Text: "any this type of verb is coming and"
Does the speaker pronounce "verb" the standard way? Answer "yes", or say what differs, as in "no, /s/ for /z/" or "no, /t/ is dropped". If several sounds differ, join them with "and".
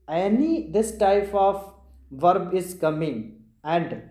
yes